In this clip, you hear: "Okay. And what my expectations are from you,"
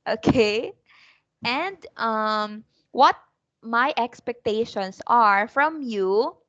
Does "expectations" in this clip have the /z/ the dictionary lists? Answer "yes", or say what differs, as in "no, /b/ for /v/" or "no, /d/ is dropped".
no, /s/ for /z/